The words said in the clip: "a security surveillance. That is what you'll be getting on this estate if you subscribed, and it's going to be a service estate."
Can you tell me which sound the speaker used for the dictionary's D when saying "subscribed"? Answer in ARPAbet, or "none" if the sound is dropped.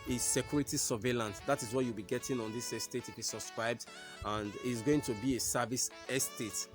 D